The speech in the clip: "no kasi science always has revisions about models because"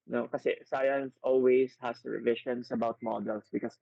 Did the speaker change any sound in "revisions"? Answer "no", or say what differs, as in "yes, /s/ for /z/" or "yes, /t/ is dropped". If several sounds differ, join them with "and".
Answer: yes, /ʃ/ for /ʒ/ and /s/ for /z/